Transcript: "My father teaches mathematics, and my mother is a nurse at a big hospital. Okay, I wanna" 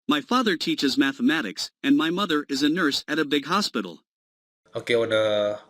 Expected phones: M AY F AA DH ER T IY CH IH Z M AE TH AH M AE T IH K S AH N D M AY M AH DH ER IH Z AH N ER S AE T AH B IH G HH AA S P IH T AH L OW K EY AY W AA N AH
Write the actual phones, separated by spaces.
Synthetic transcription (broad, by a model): M AY F AA DH ER T IY CH IH Z M AE TH AH M AE T IH K S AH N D M AY M AH DH ER IH Z AH N ER S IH T AH B IH G HH AA S P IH T L OW K EY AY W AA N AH